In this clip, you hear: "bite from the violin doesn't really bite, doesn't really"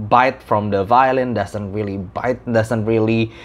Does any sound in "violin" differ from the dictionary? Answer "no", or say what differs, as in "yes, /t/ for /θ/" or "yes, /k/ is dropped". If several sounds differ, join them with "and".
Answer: no